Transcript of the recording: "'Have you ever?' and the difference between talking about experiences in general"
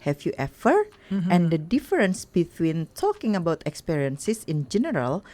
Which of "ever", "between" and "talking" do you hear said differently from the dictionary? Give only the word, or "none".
ever